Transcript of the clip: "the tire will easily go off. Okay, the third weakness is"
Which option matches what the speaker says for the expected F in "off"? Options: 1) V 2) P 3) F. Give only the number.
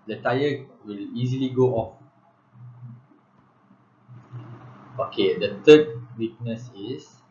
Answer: 3